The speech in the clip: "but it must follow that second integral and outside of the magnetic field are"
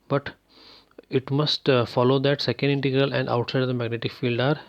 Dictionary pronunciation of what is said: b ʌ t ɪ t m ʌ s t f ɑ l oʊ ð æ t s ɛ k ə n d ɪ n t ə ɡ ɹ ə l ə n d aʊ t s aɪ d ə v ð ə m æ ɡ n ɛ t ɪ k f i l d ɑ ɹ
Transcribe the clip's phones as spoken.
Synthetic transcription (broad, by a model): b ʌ t ɪ t m ʌ s t f ɑ l oʊ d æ t s ɛ k ə n d ɪ n t ə ɡ ɹ ə l ə n d aʊ t s aɪ d ə v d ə m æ ɡ n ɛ t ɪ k f i l d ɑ ɹ